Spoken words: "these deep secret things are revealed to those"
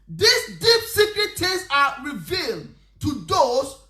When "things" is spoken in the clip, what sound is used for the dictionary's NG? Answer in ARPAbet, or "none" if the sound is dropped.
none